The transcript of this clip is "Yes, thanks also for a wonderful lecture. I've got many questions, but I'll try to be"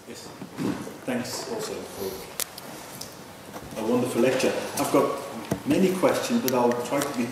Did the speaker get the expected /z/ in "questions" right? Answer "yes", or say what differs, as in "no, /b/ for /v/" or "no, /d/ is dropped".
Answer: yes